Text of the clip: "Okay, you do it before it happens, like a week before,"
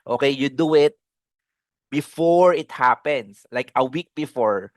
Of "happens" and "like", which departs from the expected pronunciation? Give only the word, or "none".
happens